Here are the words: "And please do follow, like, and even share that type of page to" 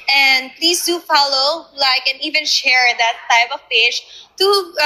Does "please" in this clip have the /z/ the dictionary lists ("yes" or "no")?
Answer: no